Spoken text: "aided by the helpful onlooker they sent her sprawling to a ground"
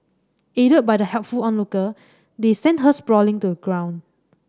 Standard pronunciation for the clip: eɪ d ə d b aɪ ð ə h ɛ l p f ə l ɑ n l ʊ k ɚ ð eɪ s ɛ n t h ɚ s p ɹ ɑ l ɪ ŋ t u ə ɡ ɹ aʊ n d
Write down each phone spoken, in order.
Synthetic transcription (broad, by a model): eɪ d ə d b aɪ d ə h ɛ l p f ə l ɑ n l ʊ k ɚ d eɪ s ɛ n t h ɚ s p ɹ ɑ l ɪ ŋ t u ə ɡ ɹ aʊ n